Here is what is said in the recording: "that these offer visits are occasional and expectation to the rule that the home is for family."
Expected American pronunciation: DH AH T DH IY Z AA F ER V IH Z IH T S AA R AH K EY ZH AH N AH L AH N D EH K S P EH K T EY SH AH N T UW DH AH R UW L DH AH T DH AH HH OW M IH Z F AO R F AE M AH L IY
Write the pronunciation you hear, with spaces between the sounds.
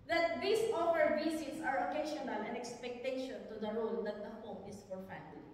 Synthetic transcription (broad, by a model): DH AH T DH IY S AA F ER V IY S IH S AA R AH K EY SH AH N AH L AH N EH K S P EH K T EY SH AH N T UW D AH R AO L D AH T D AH HH OW M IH S F AO R F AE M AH L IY